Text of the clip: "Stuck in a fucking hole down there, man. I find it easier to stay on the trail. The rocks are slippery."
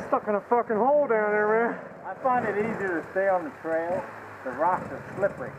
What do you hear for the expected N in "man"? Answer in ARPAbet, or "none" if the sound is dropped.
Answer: none